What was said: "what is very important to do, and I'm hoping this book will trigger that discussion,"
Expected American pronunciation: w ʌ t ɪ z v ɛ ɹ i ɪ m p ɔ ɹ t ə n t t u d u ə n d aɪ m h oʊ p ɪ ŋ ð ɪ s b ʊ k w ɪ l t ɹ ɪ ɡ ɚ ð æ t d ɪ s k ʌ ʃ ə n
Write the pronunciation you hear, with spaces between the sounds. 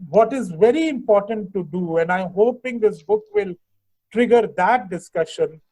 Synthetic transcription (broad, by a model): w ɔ t ɪ z v ɛ ɹ i ɪ m p ɔ ɹ t ə n t t u d u ə n d aɪ m h oʊ p ɪ ŋ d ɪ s b ʊ k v ɪ l t ɹ ɪ ɡ ɚ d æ t d ɪ s k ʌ ʃ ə n